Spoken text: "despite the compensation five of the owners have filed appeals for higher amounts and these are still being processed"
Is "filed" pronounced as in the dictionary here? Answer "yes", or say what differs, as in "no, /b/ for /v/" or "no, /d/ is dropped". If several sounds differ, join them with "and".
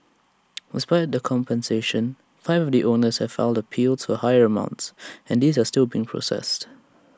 no, /n/ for /l/